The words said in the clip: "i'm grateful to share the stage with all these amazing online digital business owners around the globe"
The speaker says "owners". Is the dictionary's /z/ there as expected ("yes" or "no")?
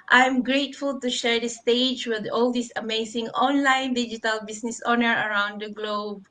no